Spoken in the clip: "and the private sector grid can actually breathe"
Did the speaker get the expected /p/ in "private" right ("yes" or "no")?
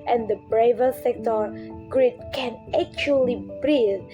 no